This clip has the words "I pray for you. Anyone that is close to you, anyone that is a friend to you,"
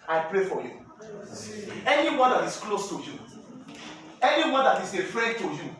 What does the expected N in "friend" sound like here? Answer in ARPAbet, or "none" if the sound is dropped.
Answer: none